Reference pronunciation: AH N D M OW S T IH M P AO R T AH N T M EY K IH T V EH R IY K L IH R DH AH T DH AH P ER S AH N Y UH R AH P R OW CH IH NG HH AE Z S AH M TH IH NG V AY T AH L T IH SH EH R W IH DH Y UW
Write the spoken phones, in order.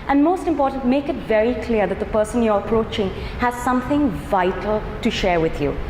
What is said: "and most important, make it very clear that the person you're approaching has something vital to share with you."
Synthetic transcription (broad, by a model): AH N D M OW S T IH M P AO R T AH N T M EY K IH T V EH R IY K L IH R DH AH T DH AH P ER S AH N Y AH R AH P R OW CH IH NG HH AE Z S AH M TH IH NG V AY T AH L T IH SH EH R W IH DH Y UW